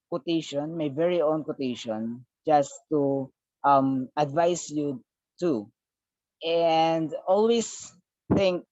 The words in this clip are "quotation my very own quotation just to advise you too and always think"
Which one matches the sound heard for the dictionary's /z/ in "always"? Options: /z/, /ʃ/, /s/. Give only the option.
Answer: /s/